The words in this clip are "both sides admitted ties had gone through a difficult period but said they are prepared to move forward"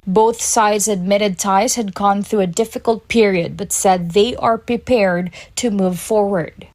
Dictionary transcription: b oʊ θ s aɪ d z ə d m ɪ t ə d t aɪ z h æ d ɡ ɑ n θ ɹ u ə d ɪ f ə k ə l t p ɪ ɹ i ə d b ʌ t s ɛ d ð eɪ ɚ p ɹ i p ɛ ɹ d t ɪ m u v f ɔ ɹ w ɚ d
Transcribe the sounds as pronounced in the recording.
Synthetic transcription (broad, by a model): b oʊ θ s aɪ d z ə d m ɪ t ə d t aɪ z h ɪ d ɡ ɑ n θ ɹ u ə d ɪ f ə k ə l t p ɪ ɹ i ə d b ʌ t s ɛ d ð eɪ ɚ p ɹ i p ɛ ɹ d t ɪ m u v f ɔ ɹ w ɚ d